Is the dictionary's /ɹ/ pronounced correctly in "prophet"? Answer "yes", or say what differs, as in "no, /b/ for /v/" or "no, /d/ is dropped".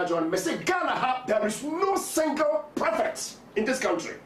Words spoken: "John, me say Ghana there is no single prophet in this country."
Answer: no, /ɹ/ is dropped